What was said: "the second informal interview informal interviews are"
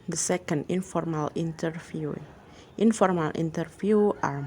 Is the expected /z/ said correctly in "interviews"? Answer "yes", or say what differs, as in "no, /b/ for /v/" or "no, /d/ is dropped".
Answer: no, /z/ is dropped